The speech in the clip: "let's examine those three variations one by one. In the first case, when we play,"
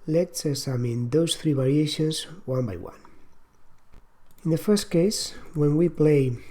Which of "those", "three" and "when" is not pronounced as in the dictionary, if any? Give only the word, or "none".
those